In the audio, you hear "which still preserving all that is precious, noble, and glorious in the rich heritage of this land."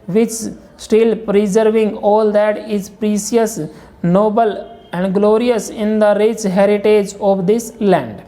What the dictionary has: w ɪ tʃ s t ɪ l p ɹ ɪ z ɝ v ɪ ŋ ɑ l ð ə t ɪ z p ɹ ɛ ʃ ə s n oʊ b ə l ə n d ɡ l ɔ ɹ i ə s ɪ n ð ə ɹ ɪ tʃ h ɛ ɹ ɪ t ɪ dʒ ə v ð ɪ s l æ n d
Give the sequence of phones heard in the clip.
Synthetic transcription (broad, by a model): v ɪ tʃ s t ɪ l p ɹ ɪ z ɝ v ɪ ŋ ɑ l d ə t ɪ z p ɹ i s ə s n oʊ b ə l ə n d ɡ l ɔ ɹ i ə s ɪ n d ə ɹ ɪ tʃ h ɛ ɹ ɪ t ɪ dʒ ə v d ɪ s l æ n d